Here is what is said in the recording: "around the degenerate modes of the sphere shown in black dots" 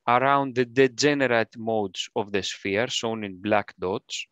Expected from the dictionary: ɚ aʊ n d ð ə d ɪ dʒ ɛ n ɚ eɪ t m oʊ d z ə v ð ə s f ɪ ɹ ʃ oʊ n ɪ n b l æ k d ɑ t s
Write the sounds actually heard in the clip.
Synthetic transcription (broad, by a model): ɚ aʊ n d ð ə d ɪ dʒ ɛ n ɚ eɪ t m oʊ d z ə v ð ə s f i ɹ s oʊ n ɪ n b l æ k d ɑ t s